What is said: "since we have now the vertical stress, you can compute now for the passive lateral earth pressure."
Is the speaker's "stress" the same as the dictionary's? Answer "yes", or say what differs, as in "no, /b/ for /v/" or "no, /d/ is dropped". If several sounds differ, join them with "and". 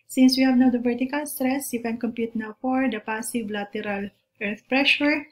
yes